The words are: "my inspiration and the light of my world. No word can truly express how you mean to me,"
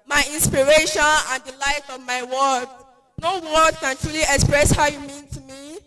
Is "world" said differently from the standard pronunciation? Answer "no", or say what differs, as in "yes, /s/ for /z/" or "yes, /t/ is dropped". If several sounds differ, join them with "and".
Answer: yes, /l/ is dropped